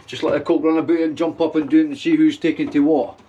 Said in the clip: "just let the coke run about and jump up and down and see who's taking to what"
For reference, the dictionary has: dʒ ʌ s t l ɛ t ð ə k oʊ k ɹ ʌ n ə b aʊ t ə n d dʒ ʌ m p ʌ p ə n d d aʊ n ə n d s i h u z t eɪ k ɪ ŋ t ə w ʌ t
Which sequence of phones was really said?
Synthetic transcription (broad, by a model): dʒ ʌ s t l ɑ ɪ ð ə k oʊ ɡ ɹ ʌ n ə b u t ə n dʒ ʌ m p ʌ p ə n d d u ə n s i h u z t eɪ k ɪ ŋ t ə w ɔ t